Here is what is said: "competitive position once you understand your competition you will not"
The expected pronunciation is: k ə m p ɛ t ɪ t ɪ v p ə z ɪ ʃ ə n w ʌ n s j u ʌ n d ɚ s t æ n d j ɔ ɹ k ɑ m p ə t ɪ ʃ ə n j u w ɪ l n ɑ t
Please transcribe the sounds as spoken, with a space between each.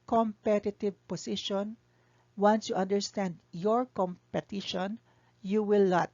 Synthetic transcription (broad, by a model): k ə m p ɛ t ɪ t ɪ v p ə s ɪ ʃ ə n w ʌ n s j u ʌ n d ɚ s t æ n d j ɔ ɹ k ɑ m p ə t ɪ ʃ ə n j u w ɪ l n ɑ t